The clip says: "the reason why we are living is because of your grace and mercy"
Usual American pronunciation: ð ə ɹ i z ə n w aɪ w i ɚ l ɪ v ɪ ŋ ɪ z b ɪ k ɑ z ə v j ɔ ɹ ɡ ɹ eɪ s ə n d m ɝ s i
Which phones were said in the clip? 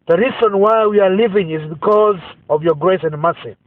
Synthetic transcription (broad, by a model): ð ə ɹ i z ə n w aɪ w i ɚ l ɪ v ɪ ŋ ɪ z b ɪ k ɑ z ə v j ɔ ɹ ɡ ɹ eɪ s ə n d m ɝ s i